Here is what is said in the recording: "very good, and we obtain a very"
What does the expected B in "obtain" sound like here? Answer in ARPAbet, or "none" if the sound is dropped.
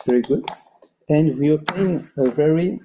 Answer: none